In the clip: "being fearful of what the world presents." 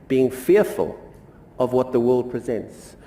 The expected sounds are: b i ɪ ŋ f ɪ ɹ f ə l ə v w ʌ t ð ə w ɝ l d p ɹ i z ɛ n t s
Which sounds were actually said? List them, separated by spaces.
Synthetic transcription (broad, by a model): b i ɪ ŋ f ɪ ɹ f ə l ə v w ʌ t ð ə w ɝ l d p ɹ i z ɛ n t s